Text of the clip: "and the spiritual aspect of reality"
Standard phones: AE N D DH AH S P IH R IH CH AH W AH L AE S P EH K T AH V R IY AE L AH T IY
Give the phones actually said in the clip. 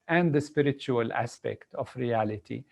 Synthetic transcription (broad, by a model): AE N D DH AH S P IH R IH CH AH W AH L AE S P EH K T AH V R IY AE L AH T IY